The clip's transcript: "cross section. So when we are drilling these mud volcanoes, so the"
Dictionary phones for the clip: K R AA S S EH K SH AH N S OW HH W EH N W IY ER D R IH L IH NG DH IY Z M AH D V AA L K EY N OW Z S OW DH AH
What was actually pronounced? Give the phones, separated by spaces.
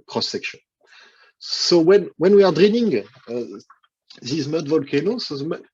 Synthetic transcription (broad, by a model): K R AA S S EH K SH AH N S OW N W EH N W IY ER D R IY N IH NG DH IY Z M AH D V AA L K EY N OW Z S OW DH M